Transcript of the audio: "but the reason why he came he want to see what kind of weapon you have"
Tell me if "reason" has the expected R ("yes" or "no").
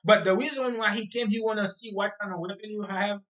no